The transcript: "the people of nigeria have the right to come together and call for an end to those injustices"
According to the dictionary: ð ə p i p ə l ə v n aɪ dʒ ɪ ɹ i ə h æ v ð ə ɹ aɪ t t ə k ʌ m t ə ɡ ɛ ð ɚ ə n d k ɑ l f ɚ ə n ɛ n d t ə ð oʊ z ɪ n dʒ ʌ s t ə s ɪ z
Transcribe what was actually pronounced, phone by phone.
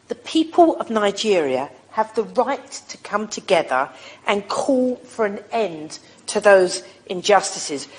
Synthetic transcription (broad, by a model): ð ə p i p ə l ə v n aɪ dʒ ɪ ɹ i ə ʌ v ð ə ɹ aɪ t t ə k ʌ m t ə ɡ ɛ ð ɚ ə n k ɑ l f ɚ ə n ɛ n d t ə ð oʊ z ɪ n dʒ ʌ s t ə s ɪ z